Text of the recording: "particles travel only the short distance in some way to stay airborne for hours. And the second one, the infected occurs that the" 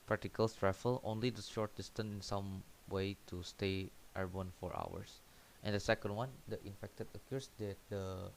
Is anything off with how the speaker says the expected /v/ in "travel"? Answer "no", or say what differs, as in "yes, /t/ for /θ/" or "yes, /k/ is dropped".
yes, /f/ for /v/